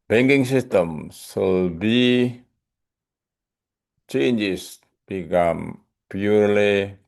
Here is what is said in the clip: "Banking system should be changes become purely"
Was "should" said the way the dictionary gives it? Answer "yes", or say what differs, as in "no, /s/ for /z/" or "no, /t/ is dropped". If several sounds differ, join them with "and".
no, /s/ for /ʃ/